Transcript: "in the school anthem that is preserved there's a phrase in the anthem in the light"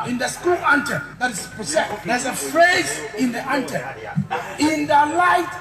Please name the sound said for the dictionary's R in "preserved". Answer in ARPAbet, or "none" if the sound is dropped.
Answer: none